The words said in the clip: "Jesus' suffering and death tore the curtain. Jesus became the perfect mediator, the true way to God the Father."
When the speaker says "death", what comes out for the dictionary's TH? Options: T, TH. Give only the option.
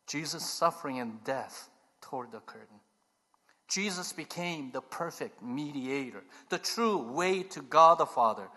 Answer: TH